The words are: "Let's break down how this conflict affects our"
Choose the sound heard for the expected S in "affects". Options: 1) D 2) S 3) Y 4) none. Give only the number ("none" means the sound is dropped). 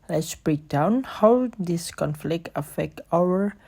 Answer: 4